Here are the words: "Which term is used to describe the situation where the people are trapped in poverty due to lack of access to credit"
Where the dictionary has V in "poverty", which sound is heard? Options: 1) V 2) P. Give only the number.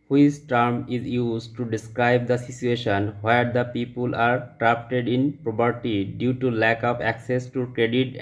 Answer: 2